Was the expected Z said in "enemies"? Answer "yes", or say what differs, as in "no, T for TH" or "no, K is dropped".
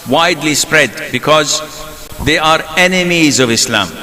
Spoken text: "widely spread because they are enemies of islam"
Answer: yes